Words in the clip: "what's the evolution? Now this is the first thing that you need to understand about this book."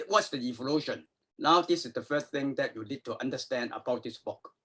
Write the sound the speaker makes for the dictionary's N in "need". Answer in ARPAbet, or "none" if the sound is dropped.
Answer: L